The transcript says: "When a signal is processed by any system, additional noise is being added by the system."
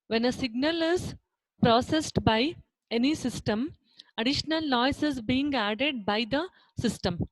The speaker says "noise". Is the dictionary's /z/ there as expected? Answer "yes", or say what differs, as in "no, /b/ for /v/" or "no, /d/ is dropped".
no, /s/ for /z/